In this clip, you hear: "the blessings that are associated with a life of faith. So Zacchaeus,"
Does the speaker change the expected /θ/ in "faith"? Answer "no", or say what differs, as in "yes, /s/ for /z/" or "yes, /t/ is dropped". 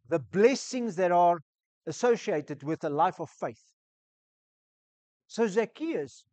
no